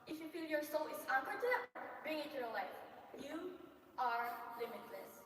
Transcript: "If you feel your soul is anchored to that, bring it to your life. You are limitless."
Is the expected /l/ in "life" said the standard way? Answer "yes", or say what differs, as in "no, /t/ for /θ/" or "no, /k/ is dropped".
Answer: yes